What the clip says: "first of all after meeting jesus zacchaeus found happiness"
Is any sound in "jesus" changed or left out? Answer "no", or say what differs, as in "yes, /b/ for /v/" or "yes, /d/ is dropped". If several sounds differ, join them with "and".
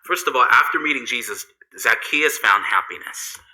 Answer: no